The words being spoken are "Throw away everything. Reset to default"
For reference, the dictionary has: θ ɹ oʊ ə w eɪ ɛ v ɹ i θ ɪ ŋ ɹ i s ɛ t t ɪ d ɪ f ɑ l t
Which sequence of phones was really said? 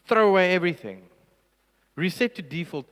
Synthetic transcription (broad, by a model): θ ɹ oʊ ə w eɪ ɛ v ɹ i θ ɪ ŋ ɹ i s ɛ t t ɪ d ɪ f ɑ l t